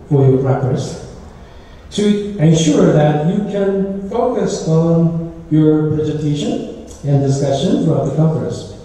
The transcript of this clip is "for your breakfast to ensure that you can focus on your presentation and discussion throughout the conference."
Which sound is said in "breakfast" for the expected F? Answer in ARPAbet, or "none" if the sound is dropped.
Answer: none